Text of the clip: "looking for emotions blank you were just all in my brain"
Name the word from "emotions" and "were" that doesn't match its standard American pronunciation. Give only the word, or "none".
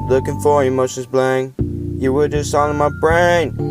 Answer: emotions